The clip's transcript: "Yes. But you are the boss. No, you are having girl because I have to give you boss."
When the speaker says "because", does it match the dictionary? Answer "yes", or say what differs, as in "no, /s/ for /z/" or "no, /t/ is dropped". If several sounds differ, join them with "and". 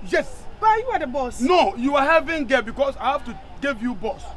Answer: no, /s/ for /z/